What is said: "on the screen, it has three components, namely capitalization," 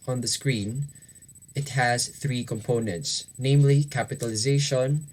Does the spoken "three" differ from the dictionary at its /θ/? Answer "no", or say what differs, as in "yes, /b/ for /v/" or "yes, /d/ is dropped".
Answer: no